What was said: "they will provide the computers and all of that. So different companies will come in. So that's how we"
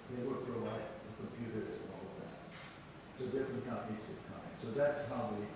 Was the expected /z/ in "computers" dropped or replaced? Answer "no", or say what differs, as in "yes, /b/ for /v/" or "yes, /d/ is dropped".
yes, /z/ is dropped